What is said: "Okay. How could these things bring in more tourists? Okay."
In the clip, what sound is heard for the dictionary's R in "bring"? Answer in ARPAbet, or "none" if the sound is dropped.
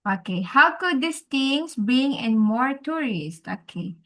none